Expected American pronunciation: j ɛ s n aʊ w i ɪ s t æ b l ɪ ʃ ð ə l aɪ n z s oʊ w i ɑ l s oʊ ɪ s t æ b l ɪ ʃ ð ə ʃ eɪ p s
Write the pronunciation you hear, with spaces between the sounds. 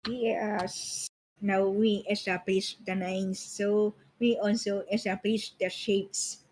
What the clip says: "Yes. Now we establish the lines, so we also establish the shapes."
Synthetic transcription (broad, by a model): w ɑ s n aʊ w i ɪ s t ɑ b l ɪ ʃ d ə n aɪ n s oʊ w i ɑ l s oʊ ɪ s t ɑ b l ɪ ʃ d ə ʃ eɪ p s